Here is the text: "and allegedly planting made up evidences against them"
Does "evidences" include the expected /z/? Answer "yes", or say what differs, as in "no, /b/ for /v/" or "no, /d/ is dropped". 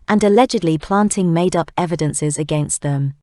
yes